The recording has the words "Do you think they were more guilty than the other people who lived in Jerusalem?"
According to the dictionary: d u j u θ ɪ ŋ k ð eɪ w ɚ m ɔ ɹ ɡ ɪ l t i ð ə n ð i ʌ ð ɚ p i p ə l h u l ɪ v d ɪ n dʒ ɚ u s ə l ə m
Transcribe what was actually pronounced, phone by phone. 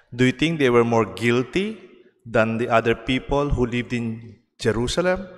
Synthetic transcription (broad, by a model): d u j u t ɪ ŋ k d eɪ w ɚ m ɔ ɹ ɡ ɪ l t i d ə n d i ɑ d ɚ p i p ə l h u l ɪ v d ɪ n dʒ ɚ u s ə l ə m